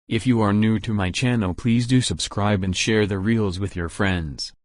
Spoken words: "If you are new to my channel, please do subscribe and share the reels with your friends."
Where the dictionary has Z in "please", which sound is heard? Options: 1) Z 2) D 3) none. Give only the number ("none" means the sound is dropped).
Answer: 1